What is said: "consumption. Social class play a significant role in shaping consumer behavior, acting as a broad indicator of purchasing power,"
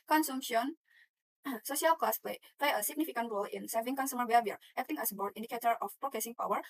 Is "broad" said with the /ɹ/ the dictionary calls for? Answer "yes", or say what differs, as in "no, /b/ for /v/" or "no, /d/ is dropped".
no, /ɹ/ is dropped